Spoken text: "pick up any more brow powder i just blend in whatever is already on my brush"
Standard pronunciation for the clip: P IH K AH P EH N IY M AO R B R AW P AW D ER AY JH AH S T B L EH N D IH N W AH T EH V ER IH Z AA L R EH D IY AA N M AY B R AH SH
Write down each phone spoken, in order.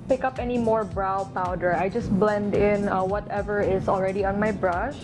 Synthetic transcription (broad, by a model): P IH K AH P EH N IY M AO R B R AW P AW D ER AY JH AH S T B L EH N D IH N W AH T EH V ER IH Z AA L R EH D IY AA N M AY B R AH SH